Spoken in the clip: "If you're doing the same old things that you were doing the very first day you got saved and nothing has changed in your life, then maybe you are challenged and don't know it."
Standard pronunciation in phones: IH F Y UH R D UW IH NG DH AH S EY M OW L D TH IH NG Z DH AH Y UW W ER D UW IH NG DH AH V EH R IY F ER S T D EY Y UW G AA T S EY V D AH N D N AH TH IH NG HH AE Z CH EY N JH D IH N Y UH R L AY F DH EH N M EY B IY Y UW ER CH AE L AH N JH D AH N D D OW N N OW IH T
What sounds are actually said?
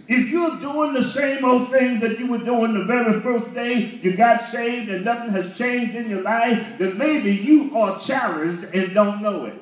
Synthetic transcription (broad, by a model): IH F Y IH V D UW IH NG DH AH S EY M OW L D TH IH NG Z DH AH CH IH W ER D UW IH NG DH AH V EH R IY F ER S D EY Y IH G AA T S EY V D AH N N AH TH IH NG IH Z CH EY N JH D IH N Y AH R L AY F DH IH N M EY B IY Y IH ER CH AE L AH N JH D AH N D D OW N N OW IH T